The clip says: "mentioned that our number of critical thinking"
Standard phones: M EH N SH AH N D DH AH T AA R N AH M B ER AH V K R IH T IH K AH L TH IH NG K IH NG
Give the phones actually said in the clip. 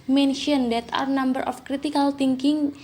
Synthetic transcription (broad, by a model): M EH N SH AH N D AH T AA R N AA M B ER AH F K R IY T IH K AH L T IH NG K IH NG